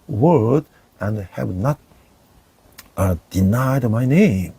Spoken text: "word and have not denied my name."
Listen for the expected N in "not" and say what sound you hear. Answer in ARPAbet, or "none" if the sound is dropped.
N